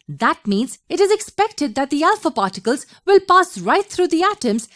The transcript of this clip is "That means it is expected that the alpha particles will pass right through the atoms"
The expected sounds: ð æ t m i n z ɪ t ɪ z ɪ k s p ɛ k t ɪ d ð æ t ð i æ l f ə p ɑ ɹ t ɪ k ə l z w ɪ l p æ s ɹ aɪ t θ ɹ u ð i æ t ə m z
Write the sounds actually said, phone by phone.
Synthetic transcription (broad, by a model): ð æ t m i n z ɪ t ɪ z ɪ k s p ɛ k t ɪ d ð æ t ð i æ l f ə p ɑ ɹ t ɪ k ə l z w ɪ l p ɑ s ɹ aɪ t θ ɹ u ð i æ t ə m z